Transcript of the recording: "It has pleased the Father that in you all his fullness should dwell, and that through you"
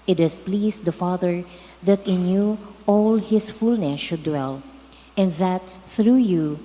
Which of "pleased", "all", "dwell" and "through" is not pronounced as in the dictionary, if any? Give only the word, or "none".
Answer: pleased